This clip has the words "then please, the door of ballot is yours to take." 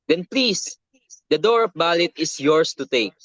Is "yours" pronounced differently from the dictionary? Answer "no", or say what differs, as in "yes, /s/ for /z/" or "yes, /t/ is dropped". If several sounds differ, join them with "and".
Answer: yes, /s/ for /z/